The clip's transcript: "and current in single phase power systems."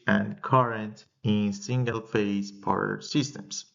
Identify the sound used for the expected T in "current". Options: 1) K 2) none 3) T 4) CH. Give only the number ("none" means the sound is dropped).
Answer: 3